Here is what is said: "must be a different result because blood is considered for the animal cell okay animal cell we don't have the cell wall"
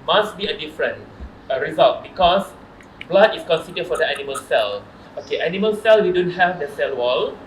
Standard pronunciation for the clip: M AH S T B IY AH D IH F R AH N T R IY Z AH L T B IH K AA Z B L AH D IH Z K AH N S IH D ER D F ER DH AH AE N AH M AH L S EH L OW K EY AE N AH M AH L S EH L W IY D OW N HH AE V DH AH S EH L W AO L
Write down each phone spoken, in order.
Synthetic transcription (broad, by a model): M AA S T B IY AH D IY F R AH N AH R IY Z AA L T B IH K AA S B L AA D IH S K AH N S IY D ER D F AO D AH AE N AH M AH L S EH L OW K EY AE N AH M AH L S EH L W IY D OW N HH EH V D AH S EH L W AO L